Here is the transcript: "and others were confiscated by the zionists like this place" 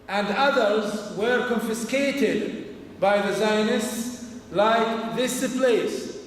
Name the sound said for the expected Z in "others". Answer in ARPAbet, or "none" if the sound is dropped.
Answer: Z